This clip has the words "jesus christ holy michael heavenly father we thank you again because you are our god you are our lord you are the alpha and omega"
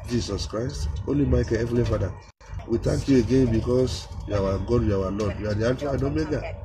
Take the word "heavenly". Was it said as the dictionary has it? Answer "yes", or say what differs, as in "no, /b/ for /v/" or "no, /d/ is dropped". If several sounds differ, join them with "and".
no, /n/ is dropped